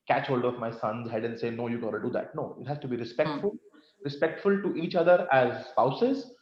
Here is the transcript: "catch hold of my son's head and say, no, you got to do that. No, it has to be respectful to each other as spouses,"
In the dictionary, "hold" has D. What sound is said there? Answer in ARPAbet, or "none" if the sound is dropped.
D